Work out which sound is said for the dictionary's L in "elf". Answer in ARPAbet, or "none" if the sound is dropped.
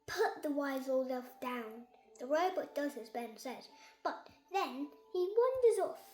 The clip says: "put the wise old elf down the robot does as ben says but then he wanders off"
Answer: none